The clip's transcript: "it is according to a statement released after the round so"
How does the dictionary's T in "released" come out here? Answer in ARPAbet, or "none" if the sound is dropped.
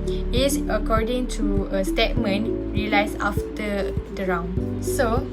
none